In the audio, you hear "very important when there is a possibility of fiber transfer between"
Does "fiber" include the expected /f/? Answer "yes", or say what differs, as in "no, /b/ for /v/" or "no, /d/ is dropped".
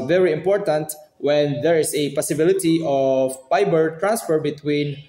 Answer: no, /p/ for /f/